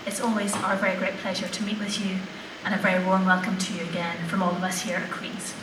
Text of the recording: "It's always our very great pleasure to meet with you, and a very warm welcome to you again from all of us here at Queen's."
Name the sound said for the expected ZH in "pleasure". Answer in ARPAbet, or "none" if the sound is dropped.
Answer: ZH